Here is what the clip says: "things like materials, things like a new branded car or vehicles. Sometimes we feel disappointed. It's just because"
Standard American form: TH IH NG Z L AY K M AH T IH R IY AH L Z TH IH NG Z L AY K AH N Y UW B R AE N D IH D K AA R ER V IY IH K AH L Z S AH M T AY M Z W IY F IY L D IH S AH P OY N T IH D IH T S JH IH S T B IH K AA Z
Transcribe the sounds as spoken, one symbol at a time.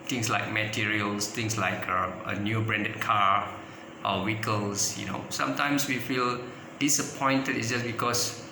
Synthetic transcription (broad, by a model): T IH NG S L AY K M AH T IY R IY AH L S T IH NG S L AY K AH N Y UW B R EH N D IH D K AA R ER W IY K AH L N S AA M T AY M S W IY F IY L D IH S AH P OY N T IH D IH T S JH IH S B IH K AA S